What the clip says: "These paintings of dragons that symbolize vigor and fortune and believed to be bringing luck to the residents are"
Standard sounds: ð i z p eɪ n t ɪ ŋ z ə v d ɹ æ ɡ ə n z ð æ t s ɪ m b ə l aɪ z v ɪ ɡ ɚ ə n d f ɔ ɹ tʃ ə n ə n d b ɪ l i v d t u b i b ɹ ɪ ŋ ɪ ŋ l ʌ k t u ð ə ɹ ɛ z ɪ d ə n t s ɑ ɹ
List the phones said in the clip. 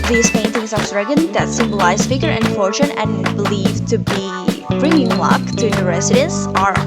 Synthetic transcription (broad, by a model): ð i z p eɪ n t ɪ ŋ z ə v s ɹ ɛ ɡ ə n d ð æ t s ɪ m b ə l aɪ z f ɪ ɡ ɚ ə n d f ɔ ɹ tʃ ə n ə n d b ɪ l i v t u b i b ɹ ɪ ŋ ɪ ŋ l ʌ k t u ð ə ɹ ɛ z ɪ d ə n s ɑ ɹ